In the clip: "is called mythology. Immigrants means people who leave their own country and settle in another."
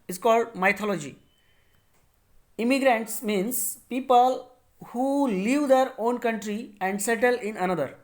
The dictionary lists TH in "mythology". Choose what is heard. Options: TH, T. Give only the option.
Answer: T